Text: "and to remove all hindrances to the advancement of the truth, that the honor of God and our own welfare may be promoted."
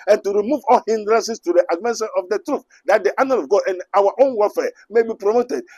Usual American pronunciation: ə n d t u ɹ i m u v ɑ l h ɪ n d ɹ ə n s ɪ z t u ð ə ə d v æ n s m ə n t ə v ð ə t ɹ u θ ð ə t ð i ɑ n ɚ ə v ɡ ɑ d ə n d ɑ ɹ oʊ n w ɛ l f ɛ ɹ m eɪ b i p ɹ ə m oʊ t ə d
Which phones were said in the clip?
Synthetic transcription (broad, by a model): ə n t u ɹ i m u v ɑ l h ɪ n d ɹ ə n s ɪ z t u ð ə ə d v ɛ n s ə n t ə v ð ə t ɹ u θ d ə t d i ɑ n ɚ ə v ɡ ɑ d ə n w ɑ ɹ oʊ n w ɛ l f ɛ m eɪ b i p ɹ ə m oʊ t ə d